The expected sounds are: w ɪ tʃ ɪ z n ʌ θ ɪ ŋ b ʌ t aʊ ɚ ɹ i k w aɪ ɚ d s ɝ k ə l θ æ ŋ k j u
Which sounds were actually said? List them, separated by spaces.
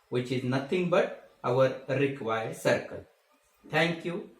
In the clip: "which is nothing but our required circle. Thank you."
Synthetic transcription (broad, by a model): w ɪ tʃ ɪ z n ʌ t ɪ ŋ b ʌ t aʊ ɚ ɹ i k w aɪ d s ɝ k ə l t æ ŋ k j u